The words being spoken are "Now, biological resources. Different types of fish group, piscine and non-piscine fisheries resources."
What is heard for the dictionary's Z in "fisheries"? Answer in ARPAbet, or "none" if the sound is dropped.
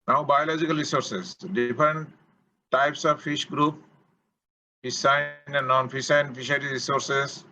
none